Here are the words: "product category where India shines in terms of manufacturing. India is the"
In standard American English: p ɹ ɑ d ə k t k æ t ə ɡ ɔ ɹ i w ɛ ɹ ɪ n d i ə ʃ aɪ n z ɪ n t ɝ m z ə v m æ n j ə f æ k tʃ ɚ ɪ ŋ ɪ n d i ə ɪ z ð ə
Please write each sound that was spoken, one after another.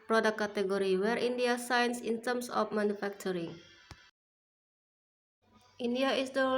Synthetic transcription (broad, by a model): p ɹ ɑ d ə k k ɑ t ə ɡ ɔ ɹ i w ɛ ɹ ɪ n d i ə s aɪ n s ɪ n t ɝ m s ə f m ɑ n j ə f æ k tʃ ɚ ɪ ŋ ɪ n d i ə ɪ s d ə